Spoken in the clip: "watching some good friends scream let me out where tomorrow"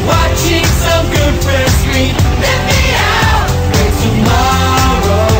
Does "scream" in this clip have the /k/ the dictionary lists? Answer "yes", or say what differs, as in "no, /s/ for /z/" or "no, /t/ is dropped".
no, /k/ is dropped